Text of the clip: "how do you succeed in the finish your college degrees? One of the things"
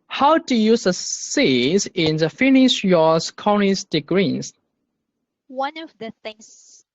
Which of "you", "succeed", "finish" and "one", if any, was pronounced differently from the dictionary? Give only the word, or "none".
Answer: succeed